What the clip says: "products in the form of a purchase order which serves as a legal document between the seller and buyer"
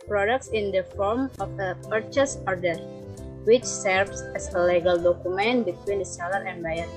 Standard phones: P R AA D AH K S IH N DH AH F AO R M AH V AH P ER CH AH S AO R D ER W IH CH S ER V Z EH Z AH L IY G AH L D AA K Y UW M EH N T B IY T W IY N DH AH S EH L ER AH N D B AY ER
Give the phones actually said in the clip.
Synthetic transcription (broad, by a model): P R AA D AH K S IH N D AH F AO R M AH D AH P ER CH AH S AO R D ER W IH CH S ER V S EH S AH L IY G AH L D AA K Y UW M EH N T B IY T W IY N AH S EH L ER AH N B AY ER